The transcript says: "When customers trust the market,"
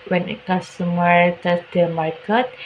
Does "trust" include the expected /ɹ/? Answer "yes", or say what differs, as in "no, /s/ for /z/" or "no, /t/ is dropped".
no, /ɹ/ is dropped